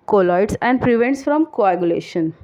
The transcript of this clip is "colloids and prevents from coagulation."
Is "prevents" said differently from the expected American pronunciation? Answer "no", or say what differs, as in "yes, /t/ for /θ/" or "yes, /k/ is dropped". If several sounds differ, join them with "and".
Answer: no